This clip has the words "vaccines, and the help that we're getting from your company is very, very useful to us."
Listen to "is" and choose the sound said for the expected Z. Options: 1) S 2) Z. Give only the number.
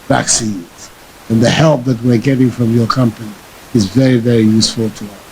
2